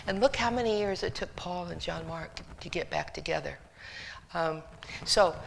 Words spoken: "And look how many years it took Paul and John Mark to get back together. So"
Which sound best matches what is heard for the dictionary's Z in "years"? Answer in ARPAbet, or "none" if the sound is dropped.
Z